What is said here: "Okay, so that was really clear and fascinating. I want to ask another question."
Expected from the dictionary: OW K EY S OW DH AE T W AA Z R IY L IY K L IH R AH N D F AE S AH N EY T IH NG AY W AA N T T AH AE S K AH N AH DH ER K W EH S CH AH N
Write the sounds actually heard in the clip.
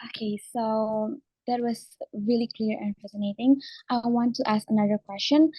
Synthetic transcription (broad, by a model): OW K EY S OW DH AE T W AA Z R IY L IY K L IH R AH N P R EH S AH N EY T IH NG AY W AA N T T AE S K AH N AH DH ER K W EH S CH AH N